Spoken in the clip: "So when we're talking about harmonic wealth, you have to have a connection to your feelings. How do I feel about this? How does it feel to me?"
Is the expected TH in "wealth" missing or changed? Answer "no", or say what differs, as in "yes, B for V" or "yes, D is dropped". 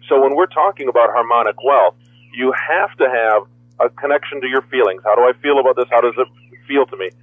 no